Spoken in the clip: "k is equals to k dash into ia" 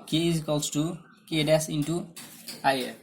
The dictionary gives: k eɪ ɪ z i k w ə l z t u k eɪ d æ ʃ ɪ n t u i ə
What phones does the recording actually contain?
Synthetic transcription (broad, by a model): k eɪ ɪ z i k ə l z t u k eɪ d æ s ɪ n t u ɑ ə